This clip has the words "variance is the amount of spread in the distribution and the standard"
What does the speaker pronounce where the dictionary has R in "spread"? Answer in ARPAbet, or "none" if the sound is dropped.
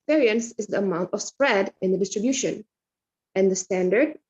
R